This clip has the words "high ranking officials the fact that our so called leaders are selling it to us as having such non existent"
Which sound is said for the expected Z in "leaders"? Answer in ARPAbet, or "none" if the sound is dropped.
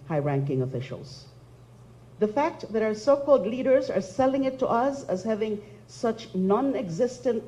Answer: Z